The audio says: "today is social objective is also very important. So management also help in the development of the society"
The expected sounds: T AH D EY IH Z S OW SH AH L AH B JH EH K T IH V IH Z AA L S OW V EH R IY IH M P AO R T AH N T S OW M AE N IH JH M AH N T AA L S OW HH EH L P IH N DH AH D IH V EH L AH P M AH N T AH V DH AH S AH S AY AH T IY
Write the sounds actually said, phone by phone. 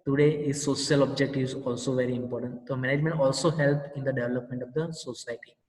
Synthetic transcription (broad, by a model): T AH D EY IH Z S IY AH L AH B JH EH K T IH V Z AA L S OW V EH R IY IH M P AO R T AH N T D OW M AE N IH JH M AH N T AA L S OW HH EH L P IH N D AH D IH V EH L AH P M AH N T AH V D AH S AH S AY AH T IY